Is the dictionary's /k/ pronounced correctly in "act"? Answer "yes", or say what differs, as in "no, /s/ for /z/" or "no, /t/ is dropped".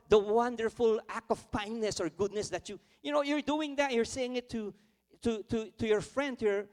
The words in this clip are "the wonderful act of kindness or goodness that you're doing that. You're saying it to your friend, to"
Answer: yes